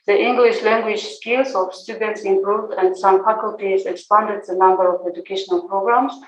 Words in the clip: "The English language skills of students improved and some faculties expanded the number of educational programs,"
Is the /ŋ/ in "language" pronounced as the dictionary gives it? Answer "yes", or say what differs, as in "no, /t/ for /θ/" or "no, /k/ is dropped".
yes